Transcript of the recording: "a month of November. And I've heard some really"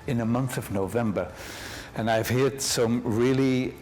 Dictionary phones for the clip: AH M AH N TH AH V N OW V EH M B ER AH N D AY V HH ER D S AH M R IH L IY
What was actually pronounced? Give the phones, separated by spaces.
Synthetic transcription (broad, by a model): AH M AH N TH AH V N OW V EH M B ER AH N AY V HH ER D S AH M R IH L IY